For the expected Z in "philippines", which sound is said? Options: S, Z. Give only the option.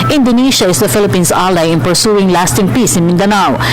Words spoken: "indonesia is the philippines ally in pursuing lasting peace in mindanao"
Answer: S